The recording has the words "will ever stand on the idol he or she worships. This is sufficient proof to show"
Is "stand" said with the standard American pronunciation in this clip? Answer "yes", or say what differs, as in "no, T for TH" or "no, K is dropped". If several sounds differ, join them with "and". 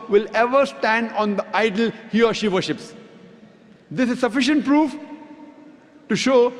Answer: yes